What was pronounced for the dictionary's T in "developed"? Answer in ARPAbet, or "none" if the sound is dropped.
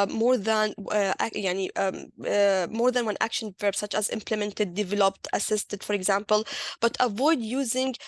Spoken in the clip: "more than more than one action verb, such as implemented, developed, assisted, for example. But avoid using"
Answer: T